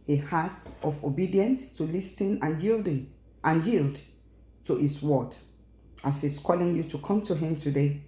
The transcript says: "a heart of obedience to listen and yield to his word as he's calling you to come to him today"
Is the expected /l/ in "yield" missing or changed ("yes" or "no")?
no